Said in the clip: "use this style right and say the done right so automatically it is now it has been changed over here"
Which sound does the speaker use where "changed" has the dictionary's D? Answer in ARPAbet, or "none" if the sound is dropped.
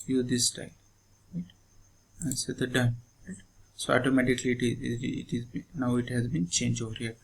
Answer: none